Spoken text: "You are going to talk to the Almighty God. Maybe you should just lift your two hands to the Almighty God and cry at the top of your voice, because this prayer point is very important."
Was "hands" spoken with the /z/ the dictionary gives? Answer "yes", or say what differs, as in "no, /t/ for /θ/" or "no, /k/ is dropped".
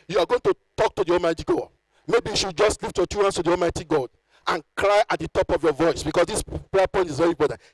no, /s/ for /z/